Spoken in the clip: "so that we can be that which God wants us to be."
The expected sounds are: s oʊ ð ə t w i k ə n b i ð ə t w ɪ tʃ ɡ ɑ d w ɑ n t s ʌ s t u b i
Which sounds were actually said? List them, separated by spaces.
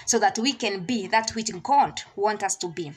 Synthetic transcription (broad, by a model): s oʊ ð ə t w i k ə n b i ð ə t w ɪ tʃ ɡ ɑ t w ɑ n t ʌ s t u b i